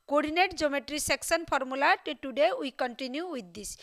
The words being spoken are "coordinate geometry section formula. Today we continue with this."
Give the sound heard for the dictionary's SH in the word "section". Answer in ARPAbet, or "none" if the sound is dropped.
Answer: S